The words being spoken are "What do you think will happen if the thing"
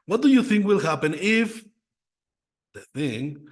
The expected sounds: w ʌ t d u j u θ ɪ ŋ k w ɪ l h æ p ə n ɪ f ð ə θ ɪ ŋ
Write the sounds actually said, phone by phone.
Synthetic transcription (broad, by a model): w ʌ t d u j u θ ɪ ŋ k w ɪ l h æ p ə n ɪ f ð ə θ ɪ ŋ